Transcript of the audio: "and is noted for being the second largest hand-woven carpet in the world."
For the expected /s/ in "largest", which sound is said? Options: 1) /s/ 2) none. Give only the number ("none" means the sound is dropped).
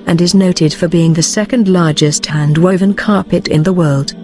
1